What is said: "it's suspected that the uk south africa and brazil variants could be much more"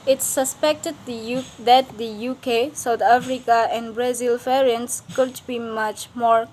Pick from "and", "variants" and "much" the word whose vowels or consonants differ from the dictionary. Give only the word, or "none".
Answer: variants